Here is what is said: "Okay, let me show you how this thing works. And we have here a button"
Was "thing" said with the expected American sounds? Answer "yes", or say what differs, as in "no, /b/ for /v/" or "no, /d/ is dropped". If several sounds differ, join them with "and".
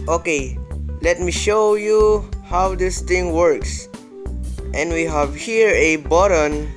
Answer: no, /t/ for /θ/